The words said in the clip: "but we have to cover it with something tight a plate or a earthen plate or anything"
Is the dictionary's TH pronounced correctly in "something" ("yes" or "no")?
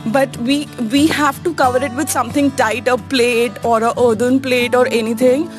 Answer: no